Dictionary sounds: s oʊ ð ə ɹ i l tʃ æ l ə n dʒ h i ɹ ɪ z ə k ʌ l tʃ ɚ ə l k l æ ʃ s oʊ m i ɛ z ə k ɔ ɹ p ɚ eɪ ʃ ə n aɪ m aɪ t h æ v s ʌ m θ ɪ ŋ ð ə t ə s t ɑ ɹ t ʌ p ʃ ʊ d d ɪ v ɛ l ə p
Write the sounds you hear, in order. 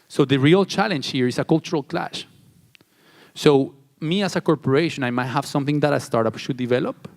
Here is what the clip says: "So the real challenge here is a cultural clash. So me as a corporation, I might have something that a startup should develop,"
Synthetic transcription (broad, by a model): s oʊ ð ə ɹ i l tʃ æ l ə n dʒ h i ɹ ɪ s ə k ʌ l tʃ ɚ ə l k l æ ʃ s oʊ m i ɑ s ə k ɔ ɹ p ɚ eɪ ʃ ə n aɪ m aɪ t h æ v s ʌ m θ ɪ ŋ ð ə t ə s t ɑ ɹ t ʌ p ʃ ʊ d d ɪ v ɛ l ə p